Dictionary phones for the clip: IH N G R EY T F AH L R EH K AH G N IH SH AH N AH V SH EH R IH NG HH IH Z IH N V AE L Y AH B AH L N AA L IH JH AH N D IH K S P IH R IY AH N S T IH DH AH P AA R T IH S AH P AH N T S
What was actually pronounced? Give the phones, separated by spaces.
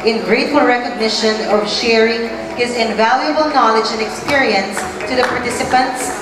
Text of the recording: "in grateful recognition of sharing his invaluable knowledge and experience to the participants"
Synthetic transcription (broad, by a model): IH N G R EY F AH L R EH K AH G N IH SH AH N AH V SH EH R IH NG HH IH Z IH N V AE L Y AH B AH L N AA L IH JH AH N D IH K S P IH R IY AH N S T IH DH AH P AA R T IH S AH P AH N T S